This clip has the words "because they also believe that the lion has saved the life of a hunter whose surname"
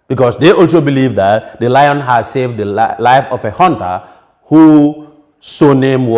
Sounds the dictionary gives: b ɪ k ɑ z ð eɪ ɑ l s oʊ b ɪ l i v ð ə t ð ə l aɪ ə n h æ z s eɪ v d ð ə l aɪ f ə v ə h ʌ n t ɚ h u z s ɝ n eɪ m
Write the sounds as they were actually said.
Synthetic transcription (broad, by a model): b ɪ k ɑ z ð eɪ ɑ l s oʊ b ɪ l i v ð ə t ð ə l aɪ ə n h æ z s eɪ v d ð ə l aɪ f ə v ə h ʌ n t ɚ h u s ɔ n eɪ m